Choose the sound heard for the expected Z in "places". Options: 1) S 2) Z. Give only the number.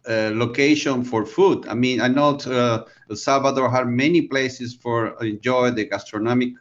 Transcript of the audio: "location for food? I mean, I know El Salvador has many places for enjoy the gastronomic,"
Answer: 1